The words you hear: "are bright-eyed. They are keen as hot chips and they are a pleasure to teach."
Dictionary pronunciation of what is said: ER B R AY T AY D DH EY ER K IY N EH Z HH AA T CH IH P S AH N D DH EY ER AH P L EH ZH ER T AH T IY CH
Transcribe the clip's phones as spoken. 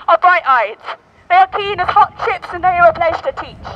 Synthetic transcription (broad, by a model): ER B R AY T AY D DH EY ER K IY N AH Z HH AA T SH IH P S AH N DH EY ER AH P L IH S T AH T IY CH